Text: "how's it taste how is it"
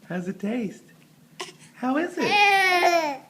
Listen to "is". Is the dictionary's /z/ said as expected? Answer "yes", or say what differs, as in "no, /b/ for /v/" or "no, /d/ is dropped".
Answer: yes